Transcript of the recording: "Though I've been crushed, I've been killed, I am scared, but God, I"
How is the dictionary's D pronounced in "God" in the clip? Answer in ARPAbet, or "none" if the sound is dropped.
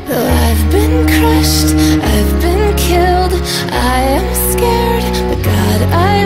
D